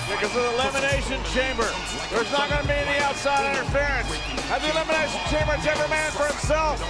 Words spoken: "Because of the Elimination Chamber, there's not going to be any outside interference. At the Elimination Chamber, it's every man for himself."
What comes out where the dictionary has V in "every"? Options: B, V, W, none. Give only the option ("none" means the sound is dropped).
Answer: B